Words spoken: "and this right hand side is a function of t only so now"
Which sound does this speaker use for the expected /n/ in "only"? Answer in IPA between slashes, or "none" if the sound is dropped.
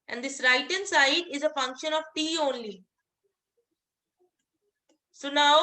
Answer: /n/